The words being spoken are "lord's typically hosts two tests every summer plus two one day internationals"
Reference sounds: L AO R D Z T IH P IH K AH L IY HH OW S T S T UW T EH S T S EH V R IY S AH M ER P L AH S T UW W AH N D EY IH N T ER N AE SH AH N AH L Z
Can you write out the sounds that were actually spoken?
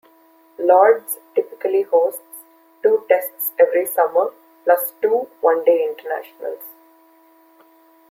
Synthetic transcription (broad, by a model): L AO R D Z T IH P IH K AH L IY HH OW S T S T UW T EH S T S EH V R IY S AH M ER P L AH S T UW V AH N D EY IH N T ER N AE SH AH N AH L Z